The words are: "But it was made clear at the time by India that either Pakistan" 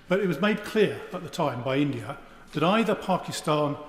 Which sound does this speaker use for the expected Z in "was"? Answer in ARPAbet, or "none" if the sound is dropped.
Z